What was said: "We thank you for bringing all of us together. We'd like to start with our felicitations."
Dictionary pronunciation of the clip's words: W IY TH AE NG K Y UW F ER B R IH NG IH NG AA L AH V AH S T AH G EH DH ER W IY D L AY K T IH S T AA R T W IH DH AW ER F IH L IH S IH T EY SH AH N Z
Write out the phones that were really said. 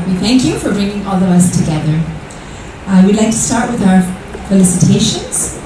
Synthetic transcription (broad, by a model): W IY TH AE NG K Y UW F ER B R IH NG IH NG AA L AH V AH S T AH G EH DH ER W IY D L AY K T IH S T AA R T W IH DH AW ER F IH L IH S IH T EY SH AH N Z